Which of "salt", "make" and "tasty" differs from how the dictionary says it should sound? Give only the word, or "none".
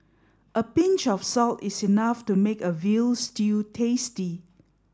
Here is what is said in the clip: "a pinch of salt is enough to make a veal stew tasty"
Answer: none